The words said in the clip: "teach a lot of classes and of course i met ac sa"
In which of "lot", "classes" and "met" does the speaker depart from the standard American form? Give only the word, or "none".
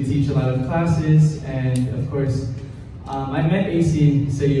none